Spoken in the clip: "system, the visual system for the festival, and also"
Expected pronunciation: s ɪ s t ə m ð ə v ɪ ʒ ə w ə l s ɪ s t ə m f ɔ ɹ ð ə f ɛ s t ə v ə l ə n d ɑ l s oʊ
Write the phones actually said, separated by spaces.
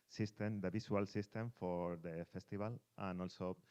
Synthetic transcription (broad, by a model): s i s t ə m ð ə b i s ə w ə l s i s t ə m f ɔ ɹ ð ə f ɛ s t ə b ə l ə n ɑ l s oʊ